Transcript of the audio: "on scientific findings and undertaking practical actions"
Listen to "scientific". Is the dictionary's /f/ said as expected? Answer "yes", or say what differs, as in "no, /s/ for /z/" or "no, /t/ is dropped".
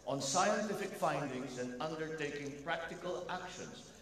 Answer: yes